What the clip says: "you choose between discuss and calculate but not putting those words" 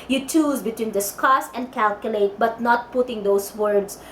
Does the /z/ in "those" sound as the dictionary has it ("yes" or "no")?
no